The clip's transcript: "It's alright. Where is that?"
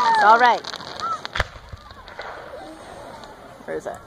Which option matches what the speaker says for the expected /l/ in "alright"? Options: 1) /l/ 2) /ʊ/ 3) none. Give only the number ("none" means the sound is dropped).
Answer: 1